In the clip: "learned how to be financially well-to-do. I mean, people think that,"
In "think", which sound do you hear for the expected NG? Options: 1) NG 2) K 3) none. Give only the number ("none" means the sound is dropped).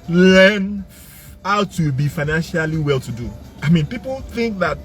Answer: 1